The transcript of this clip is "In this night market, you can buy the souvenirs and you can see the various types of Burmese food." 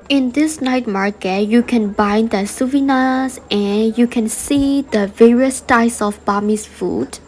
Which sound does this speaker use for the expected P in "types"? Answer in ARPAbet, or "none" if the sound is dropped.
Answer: none